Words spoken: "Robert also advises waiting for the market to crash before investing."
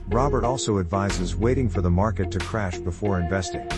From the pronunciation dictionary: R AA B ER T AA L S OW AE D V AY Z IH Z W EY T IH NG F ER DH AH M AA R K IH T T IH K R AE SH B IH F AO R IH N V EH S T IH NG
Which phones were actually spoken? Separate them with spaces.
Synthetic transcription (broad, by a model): R AA B ER T AA L S OW AE D V AY Z IH Z W EY T IH NG F ER DH AH M AA R K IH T T IH K R AE SH B IH F AO R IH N V EH S T IH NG